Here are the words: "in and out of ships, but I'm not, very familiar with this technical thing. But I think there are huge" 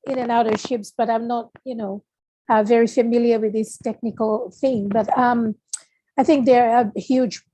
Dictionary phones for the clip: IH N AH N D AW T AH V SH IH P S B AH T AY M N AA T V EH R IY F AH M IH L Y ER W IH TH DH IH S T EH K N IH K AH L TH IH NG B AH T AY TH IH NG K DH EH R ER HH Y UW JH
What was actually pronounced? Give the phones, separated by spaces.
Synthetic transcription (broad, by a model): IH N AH N AW T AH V SH IH P S B AH T AY M N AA T V EH R IY F AH M IH L Y ER W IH DH IH S T EH K N IH K AH L TH IH NG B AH T AY TH IH NG K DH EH R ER HH Y UW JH